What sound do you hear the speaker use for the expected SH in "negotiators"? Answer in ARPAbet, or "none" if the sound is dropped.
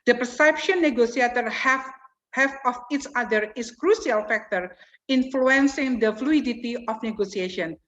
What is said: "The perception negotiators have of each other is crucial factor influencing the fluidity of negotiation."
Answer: S